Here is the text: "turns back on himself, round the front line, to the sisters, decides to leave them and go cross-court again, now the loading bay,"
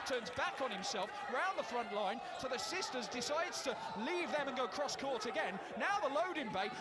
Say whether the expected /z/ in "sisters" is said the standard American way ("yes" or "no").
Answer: yes